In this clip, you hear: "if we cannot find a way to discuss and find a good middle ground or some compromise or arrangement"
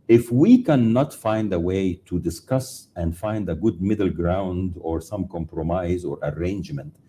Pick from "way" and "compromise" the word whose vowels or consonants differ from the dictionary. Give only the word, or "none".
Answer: none